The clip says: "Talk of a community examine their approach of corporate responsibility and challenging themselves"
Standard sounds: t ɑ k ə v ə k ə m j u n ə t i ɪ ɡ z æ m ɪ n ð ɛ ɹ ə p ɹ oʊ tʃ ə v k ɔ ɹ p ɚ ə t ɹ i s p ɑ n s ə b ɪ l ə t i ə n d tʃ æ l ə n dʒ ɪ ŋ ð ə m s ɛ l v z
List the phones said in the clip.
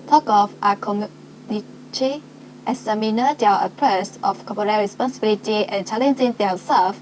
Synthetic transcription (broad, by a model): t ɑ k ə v ə k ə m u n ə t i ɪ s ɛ m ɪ n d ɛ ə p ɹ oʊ s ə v k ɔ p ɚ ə ɹ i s p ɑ n s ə b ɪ l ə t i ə n tʃ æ l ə n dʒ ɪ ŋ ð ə s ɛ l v